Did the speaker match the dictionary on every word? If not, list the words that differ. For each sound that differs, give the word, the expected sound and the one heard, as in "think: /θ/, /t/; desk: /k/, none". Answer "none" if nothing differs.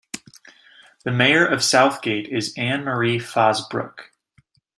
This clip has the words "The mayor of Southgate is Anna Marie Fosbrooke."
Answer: none